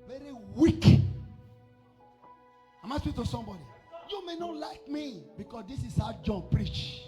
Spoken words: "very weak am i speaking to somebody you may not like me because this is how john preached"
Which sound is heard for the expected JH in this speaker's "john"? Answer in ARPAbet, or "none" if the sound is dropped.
JH